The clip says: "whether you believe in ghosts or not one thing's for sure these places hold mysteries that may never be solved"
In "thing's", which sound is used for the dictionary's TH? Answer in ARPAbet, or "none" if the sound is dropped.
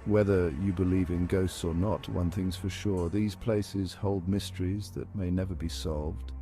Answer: TH